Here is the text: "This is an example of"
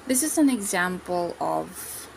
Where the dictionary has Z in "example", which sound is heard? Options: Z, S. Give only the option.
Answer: Z